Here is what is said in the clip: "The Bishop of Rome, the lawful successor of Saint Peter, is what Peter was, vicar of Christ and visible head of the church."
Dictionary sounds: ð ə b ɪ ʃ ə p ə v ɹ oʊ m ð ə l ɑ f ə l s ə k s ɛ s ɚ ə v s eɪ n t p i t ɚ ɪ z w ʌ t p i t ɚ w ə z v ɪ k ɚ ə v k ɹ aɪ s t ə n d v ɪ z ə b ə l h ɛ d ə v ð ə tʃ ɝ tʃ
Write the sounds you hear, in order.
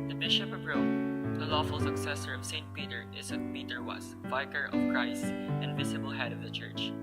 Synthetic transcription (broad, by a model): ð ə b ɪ ʃ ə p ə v ɹ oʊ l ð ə l ɑ f ə l s ə k s ɛ s ɚ ə v s eɪ n t p i t ɚ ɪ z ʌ p i t ɚ w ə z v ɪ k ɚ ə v k ɹ aɪ s t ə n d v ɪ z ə b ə l h ɛ d ə v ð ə tʃ ɝ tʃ